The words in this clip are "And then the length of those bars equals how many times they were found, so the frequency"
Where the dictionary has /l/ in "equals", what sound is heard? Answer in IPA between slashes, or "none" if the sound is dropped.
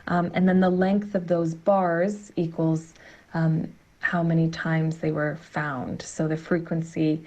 /l/